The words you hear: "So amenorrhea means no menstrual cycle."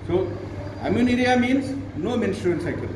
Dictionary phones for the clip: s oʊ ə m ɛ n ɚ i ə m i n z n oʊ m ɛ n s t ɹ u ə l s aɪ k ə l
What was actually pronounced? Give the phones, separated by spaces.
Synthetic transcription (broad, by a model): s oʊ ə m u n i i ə m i n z n oʊ m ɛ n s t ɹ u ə n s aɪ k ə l